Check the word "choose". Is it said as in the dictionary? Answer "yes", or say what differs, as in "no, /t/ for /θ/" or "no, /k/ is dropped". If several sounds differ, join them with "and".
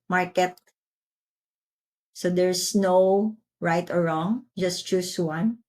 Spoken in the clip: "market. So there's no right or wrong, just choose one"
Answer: no, /s/ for /z/